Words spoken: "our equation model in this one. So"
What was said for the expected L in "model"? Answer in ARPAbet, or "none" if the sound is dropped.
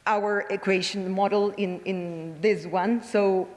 N